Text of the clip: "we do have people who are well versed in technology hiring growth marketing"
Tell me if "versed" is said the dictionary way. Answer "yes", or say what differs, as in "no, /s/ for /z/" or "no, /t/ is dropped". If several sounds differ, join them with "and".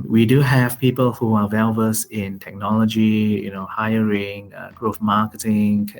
no, /t/ is dropped